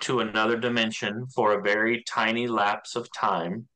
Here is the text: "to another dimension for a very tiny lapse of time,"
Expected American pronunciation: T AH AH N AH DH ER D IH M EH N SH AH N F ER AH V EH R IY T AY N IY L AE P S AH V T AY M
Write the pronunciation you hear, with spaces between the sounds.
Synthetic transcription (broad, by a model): T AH AH N AH DH ER D IH M EH N SH AH N F ER AH V EH R IY T AY N IY L AE P S AH V T AY M